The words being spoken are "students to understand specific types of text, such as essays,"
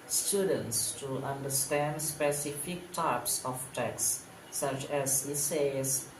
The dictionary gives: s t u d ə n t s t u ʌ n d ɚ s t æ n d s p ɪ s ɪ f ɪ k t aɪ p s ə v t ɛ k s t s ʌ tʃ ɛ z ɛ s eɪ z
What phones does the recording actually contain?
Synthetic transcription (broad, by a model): s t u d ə n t s t u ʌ n d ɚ s t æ n d s p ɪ s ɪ f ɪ k t aɪ p s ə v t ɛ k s s ʌ tʃ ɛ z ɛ s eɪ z